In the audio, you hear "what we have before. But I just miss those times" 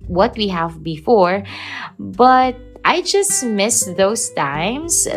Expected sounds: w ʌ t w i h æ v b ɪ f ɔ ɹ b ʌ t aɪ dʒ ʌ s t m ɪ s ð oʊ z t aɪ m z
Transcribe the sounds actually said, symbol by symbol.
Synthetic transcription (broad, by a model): w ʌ t w i h æ v b ɪ f ɔ ɹ b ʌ t aɪ dʒ ʌ s t m ɪ s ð oʊ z t aɪ m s